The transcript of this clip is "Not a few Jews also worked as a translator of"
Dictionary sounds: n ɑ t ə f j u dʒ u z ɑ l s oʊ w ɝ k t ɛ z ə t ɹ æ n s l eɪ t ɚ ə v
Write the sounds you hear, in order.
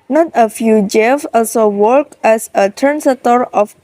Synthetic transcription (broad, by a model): n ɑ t ə f j u dʒ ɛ s ɑ l s oʊ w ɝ k ɛ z ə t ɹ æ n s eɪ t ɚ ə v